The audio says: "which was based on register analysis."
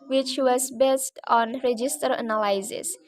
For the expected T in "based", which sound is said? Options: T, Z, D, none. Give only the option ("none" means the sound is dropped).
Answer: T